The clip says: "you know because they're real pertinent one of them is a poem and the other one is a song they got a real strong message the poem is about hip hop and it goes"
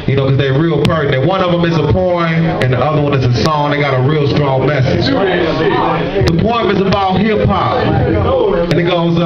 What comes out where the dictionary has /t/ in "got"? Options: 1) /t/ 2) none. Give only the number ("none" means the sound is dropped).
1